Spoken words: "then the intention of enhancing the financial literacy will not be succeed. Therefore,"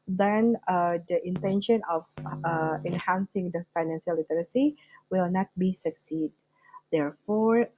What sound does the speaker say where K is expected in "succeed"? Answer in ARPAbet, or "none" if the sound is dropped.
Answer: K